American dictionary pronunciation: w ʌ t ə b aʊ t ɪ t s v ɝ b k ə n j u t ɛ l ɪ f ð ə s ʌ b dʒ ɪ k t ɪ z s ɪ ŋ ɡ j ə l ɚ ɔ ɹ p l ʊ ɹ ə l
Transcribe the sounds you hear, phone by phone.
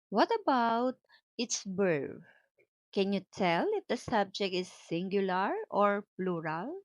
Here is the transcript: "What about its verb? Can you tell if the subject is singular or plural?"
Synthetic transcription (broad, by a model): w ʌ t ə b aʊ t ɪ t s b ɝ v k ə n j u t ɛ l ɪ f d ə s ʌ b dʒ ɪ k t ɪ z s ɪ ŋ ɡ j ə l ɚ ɔ ɹ p l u ɹ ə l